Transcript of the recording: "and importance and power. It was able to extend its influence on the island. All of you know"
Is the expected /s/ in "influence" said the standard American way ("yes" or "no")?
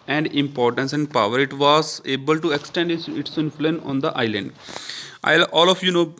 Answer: no